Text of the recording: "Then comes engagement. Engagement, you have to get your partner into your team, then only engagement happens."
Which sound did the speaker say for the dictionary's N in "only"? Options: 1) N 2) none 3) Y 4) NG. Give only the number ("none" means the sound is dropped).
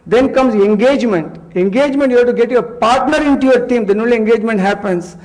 2